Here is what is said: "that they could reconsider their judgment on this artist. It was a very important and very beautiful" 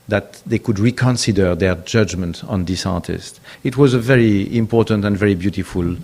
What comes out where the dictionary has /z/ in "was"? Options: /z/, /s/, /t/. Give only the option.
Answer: /z/